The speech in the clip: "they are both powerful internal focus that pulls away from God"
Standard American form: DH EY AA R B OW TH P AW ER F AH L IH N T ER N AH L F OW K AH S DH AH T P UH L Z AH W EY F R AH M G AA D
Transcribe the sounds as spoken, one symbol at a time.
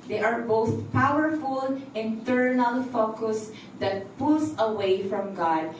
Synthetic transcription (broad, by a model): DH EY AA R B OW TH P AW ER F AH L IH N T ER N AH L F OW K AH S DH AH T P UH L S AH W EY F R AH M G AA D